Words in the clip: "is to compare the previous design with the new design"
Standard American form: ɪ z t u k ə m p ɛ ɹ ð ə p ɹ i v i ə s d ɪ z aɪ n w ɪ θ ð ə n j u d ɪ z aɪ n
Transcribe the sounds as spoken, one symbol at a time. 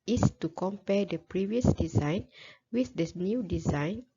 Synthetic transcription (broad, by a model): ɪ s t u k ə m p ɛ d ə p ɹ i v i ə s d ɪ z aɪ n w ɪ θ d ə n j u d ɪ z aɪ n